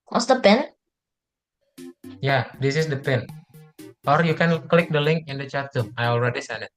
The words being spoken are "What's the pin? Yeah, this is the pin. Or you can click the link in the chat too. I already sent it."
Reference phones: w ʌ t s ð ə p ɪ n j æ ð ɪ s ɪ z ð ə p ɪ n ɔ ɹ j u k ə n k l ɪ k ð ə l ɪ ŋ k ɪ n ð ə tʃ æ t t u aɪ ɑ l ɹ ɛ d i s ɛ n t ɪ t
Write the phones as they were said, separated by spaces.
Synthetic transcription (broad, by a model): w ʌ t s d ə p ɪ n j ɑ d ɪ s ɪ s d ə p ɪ n ɔ ɹ j u k ə n k l ɪ k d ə l ɪ ŋ k ɪ n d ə tʃ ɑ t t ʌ aɪ ɑ l ɹ ɛ d i s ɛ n ɪ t